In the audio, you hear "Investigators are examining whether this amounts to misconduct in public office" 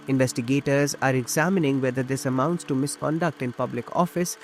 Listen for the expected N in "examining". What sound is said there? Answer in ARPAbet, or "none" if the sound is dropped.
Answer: N